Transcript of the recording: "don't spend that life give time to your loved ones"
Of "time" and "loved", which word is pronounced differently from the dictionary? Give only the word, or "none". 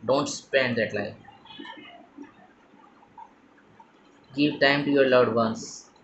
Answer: loved